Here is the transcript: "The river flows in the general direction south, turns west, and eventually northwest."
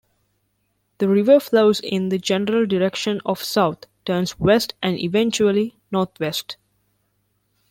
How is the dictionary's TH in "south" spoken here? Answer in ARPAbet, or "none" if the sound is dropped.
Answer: T